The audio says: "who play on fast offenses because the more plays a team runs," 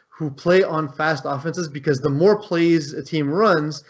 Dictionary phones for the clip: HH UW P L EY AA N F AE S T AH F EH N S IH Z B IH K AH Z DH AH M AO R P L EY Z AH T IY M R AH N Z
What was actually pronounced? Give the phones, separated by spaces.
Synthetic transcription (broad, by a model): HH UW P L EY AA N F AE S T AH F EH N S IH Z B IH K AH Z DH AH M AO R P L EY Z AH T IY M R AH N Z